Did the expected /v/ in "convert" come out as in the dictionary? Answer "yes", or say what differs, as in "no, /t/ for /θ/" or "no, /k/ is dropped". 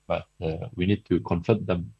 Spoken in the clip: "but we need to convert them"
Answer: no, /f/ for /v/